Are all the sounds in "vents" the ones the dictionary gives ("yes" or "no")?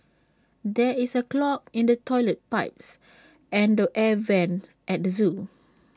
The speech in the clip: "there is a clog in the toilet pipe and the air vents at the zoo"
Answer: no